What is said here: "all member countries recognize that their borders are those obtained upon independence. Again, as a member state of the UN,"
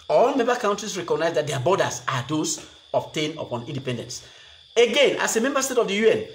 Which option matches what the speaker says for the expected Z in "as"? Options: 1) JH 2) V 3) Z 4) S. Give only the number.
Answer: 4